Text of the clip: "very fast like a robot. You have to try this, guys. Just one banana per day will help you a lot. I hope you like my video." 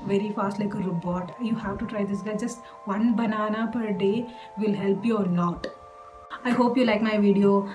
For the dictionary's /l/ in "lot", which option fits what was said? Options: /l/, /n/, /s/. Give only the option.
/n/